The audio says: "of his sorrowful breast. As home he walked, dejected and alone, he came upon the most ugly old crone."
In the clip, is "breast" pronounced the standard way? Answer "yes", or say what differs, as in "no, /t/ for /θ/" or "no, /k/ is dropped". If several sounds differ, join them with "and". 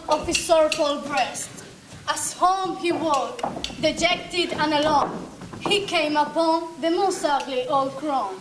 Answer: yes